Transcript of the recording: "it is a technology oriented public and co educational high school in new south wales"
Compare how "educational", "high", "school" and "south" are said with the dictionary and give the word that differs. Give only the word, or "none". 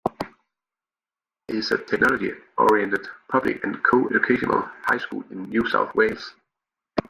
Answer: educational